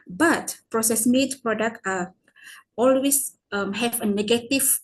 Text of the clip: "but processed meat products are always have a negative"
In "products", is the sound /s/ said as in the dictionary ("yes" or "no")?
no